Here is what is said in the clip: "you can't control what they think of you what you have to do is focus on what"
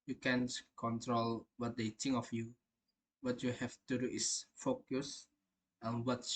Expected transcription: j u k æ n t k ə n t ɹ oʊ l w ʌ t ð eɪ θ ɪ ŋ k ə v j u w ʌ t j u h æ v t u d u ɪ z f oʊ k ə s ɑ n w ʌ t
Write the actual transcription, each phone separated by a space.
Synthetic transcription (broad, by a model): j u k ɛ n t k ə n t ɹ oʊ l w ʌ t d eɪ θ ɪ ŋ ə f j u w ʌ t j u h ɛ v t u d u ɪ s f oʊ k ə s ɑ n w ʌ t